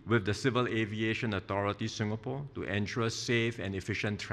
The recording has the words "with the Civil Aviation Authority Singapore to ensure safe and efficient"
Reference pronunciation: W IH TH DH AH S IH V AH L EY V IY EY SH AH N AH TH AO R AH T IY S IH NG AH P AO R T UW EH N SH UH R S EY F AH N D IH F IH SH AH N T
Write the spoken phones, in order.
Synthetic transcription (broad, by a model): W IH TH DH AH S IH V AH L EY V IY EY SH AH N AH T AO R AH T IY S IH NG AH P AO T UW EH N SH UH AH S EY F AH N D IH F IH SH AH N T